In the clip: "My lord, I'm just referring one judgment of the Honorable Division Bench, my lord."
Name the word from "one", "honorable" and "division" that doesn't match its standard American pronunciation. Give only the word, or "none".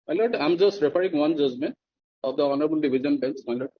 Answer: division